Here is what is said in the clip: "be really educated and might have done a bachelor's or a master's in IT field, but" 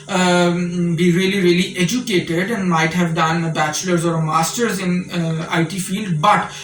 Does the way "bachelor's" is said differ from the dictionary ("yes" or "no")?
no